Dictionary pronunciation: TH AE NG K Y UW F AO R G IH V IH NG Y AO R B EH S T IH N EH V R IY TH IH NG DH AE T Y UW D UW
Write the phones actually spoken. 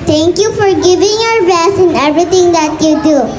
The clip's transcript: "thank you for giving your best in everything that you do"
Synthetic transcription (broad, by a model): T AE NG K Y UW F AO R G IH V IH NG Y AO R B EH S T IH N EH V R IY T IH NG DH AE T Y UW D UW